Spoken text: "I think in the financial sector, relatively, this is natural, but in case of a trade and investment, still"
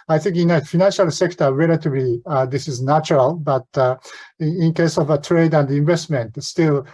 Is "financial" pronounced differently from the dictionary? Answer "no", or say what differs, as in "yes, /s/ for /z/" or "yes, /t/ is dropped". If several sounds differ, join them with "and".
no